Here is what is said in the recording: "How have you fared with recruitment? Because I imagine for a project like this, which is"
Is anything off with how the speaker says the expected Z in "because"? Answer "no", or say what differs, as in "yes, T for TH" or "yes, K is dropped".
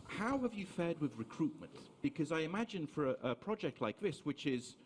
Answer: no